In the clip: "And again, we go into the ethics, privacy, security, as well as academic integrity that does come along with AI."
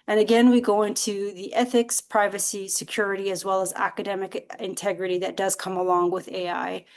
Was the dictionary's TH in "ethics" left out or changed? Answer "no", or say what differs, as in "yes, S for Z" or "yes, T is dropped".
no